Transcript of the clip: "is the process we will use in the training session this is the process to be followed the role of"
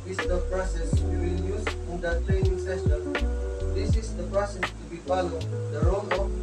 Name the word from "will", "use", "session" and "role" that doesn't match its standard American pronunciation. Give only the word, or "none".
session